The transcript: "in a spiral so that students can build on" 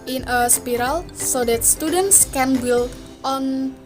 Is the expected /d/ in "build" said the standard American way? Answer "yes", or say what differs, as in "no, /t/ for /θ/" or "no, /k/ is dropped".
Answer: no, /d/ is dropped